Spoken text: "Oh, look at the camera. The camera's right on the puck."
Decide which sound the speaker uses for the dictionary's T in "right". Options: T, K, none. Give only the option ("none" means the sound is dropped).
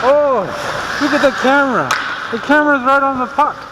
T